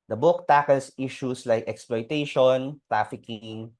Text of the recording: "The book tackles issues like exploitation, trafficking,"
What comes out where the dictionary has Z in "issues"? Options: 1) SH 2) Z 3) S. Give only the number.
3